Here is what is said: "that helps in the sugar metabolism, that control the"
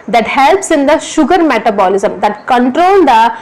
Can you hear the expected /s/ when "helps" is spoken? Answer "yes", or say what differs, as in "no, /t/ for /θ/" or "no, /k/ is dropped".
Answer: yes